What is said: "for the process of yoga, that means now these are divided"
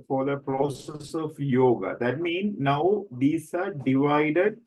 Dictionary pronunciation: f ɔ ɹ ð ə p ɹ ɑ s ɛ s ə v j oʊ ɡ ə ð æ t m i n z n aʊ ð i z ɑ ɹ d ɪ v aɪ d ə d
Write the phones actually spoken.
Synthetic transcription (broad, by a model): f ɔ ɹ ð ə p ɹ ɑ s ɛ s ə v j oʊ ɡ ə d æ t m i n n aʊ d i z ɑ ɹ d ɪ v aɪ d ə d